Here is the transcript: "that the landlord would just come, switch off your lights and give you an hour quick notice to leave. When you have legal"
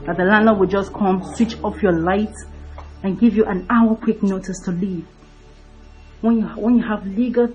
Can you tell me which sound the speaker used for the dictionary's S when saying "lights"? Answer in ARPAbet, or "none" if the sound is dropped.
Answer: none